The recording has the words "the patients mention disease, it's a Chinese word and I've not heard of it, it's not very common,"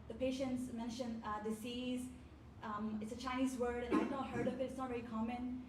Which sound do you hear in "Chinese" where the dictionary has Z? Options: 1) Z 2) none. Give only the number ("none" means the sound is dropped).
1